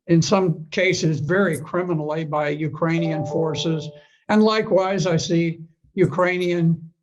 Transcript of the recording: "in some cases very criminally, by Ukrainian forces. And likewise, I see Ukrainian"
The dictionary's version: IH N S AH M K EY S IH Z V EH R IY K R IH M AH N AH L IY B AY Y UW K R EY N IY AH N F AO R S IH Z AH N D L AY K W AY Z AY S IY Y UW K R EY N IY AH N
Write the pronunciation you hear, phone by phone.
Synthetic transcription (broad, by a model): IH N S AH M K EY S IH Z V EH R IY K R IH M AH N L IY B AY Y UW K R EY N IY AH N F AO R S IH Z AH N L AY K W AY Z AY S IY Y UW K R EY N IY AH N